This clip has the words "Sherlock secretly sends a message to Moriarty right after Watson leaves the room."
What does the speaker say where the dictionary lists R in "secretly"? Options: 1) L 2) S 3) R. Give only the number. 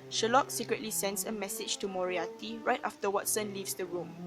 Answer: 3